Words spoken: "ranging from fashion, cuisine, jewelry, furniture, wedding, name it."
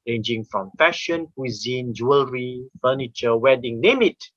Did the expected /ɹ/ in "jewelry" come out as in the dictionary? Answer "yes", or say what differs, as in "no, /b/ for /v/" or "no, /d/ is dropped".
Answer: yes